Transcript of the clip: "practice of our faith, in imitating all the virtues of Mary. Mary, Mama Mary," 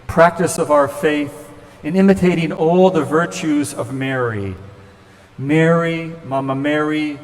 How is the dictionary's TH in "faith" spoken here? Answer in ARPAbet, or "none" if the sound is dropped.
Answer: TH